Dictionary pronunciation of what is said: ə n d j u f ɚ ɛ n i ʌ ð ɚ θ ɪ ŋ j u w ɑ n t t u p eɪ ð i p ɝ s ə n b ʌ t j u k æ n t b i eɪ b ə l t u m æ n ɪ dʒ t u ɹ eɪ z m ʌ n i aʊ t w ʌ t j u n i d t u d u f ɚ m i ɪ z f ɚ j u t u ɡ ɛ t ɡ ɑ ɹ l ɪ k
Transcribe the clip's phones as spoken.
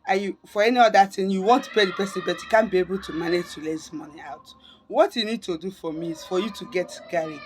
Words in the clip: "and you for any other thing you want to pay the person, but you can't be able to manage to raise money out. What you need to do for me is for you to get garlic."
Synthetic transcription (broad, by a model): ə j u f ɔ ɛ n i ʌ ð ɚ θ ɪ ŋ j u w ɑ n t t u p eɪ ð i p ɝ s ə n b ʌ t j u k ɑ n b i eɪ b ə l t u m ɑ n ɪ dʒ t u l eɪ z m ʌ n i aʊ t w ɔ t j u n i d t u d u f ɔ m i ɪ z f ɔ j u t u ɡ ɛ t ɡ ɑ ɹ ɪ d